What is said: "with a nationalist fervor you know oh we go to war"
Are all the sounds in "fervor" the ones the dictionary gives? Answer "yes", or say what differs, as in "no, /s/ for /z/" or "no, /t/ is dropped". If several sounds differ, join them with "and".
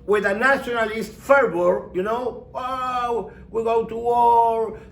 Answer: no, /b/ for /v/